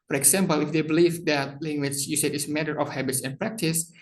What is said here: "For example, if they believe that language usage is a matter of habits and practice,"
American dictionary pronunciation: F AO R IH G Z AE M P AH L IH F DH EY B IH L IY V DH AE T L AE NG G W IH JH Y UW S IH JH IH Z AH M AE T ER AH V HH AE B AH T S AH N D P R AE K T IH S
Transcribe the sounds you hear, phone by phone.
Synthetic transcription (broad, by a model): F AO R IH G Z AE M P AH L IH F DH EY B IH L IY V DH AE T L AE NG G W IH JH Y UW S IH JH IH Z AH M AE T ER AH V HH AE B AH T S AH N P R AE K T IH S